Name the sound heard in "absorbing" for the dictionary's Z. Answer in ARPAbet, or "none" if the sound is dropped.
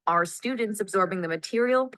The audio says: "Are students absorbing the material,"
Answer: Z